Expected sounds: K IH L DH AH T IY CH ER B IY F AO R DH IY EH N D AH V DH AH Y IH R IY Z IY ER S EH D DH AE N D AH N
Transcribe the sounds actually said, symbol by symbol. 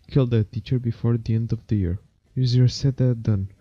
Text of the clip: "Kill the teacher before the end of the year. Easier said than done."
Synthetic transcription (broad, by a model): K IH L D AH T IY CH ER B IY F AO R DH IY EH N D AH V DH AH Y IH R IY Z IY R S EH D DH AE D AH N